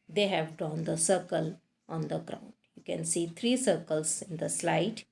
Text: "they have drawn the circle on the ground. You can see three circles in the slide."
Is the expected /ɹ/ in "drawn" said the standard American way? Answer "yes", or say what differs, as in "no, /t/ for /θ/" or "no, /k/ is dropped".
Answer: no, /ɹ/ is dropped